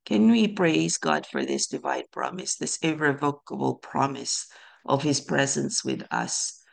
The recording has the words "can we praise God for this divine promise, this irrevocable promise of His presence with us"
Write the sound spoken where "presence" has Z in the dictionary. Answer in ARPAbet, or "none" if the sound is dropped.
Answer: Z